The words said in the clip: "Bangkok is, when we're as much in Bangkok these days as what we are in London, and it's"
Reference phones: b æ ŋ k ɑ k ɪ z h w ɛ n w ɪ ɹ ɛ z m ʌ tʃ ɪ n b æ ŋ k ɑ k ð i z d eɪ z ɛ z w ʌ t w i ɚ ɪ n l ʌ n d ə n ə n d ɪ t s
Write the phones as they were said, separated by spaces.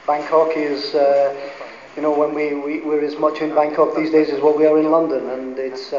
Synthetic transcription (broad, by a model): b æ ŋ k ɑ k ɪ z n w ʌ n w ɪ ɹ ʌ z m ʌ tʃ ɪ n b æ ŋ k ɑ k ð i z d eɪ z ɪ z w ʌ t w i ɚ ɪ n l ʌ n d ə n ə n ɪ t s